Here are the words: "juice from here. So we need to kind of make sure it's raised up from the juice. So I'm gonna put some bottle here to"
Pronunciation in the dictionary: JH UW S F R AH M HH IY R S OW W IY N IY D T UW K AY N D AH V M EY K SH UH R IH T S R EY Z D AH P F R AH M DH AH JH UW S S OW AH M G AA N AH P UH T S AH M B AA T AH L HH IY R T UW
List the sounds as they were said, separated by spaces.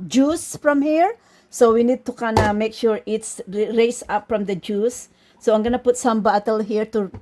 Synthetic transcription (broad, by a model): JH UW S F R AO M HH IY R S OW W IY N IY D T UW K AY N AH M EY K SH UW R IH T S R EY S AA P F R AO M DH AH JH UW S S OW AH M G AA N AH P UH T S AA M B AA T AH L HH IY R T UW